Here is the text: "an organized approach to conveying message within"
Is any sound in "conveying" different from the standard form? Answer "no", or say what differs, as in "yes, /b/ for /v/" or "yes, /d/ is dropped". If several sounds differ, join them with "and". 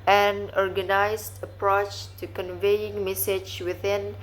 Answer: no